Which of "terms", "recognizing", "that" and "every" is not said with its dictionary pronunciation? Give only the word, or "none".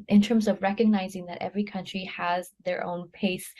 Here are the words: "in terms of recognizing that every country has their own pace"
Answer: none